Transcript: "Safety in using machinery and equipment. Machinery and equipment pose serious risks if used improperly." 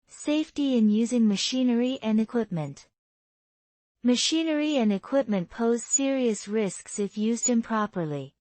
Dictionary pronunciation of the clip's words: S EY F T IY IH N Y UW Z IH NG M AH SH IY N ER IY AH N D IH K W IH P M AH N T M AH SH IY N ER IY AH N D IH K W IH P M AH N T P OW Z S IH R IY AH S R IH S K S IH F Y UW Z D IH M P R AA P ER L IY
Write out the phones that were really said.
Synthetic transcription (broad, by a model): S EY F T IY IH N Y UW Z IH NG M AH SH IY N ER IY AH N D IH K W IH P M AH N T M AH SH IY N ER IY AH N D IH K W IH P M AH N P OW Z S IH R IY AH S R IH S K S IH F Y UW Z D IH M P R AA P ER L IY